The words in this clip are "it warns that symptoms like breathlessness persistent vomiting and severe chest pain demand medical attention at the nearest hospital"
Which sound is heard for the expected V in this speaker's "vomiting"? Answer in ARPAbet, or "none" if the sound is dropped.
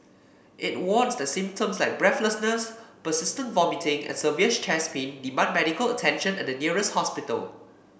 V